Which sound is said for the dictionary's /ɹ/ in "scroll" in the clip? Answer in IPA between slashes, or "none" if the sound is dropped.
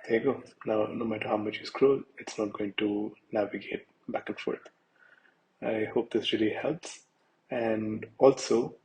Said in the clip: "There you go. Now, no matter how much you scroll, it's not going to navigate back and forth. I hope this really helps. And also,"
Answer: /ɹ/